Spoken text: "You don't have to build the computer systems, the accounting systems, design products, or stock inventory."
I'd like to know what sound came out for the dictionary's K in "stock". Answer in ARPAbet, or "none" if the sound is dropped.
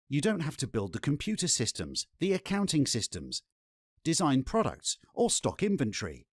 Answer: K